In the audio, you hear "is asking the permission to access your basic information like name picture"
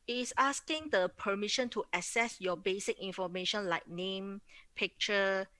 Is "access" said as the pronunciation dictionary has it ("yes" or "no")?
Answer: no